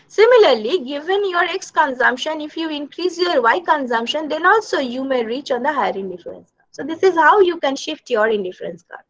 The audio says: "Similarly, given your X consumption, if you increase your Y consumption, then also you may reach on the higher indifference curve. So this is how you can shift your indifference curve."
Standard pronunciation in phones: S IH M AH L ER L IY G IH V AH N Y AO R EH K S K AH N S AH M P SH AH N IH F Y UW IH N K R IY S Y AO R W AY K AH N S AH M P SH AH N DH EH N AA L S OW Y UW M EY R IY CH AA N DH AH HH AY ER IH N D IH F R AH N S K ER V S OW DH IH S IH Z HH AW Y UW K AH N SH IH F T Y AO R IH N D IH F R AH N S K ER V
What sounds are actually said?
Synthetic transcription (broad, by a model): S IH M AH L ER L IY G IH V AH N Y AO R EH K S K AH N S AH M P SH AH N IH F Y UW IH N K R IY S Y AO R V AY K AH N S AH M P SH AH N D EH N AA L S OW Y UW M EY R IY CH AA N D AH HH AY ER IH N D IH F R AH N S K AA S OW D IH S IH Z HH AW Y UW K AH N SH IH F T Y AO R IH N D IH F R AH N S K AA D